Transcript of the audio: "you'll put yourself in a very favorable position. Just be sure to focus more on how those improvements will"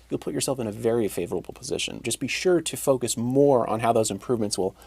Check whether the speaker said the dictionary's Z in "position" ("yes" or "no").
yes